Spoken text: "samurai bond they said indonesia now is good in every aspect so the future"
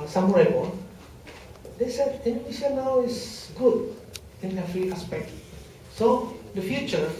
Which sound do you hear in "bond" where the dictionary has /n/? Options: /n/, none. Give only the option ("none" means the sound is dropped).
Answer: none